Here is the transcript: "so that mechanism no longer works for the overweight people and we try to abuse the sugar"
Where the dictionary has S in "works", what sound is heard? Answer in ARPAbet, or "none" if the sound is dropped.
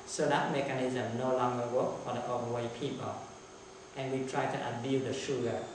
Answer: none